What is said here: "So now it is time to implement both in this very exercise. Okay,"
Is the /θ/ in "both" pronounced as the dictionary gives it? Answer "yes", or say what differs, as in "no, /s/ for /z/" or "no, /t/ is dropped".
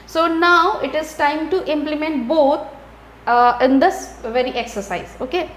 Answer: no, /t/ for /θ/